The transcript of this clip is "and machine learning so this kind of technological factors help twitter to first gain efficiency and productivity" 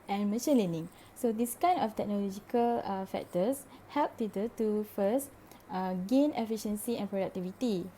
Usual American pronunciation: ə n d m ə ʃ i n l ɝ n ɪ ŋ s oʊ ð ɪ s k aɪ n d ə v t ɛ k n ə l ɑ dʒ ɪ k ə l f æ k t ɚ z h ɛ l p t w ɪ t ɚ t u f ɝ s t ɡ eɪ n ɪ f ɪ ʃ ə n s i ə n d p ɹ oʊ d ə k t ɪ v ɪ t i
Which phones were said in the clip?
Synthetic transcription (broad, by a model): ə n m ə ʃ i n l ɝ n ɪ ŋ s oʊ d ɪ s k aɪ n ə f t ɛ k n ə l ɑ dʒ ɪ k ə l f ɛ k t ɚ s h ɛ l p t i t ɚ t u f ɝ s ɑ ɡ eɪ n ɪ f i ʃ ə n s i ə n p ɹ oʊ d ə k t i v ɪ t i